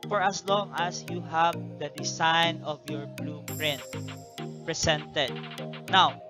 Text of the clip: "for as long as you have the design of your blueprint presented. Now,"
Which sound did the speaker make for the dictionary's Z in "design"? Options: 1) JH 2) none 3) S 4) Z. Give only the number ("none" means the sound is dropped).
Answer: 3